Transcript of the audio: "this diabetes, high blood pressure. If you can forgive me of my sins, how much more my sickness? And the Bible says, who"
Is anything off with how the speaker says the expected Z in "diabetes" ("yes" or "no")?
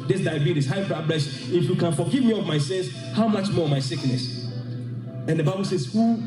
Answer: yes